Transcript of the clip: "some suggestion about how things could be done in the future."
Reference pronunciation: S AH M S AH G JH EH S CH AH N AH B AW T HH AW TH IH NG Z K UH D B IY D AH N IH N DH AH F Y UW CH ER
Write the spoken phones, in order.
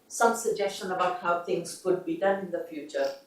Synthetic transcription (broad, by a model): S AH M S AH G JH EH S CH AH N AH B AW T HH AW TH IH NG Z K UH D B IY D AH N IH N DH AH F Y UW CH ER